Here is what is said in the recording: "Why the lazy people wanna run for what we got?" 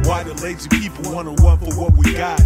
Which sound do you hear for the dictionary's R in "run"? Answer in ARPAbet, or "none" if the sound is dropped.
W